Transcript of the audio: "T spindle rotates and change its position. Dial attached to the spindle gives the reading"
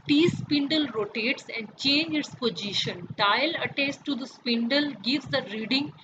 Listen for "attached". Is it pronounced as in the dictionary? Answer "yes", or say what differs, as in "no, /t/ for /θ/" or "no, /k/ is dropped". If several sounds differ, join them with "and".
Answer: no, /s/ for /tʃ/